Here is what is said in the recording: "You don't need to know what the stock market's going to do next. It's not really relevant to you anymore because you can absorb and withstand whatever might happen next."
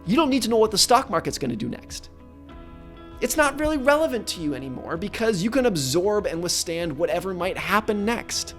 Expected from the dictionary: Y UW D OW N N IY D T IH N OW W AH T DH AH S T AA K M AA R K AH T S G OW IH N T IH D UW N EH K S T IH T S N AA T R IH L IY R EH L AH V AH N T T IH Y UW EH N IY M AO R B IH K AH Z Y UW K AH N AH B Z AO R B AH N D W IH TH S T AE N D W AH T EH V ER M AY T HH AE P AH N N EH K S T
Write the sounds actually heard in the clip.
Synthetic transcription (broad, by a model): Y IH D OW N N IY D T IH N OW W AH T DH AH S T AA K M AA R K AH T S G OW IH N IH D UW N EH K S T IH T S N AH T R IH L IY R EH L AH V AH N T T IH Y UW EH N IY M AO R B IH K AH Z Y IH K AH N AH B Z AO R B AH N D W IH TH S T AE N D W AH T EH V ER M AY T HH AE P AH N N EH K S T